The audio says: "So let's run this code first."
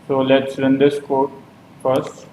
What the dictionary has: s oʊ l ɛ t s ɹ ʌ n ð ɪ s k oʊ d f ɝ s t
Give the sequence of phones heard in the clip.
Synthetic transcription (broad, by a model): s oʊ l ɛ t s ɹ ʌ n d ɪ s k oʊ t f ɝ s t